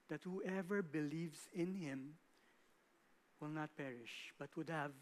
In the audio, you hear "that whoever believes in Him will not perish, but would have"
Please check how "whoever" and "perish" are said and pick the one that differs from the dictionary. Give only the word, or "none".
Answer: none